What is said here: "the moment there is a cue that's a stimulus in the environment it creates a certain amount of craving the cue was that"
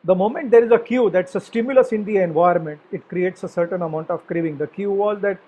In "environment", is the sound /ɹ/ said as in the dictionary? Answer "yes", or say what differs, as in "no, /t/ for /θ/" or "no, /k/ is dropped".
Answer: no, /ɹ/ is dropped